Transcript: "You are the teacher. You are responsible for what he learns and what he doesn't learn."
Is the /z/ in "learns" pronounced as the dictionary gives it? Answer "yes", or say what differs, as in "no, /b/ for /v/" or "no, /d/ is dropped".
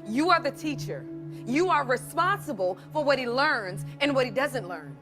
yes